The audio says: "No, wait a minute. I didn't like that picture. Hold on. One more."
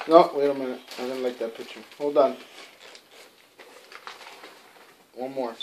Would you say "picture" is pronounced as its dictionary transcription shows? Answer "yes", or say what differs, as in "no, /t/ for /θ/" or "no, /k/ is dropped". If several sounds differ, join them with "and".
no, /k/ is dropped